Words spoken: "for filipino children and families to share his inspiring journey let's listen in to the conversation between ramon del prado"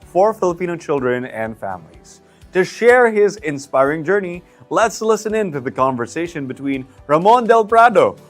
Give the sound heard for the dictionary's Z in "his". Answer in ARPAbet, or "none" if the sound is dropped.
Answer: Z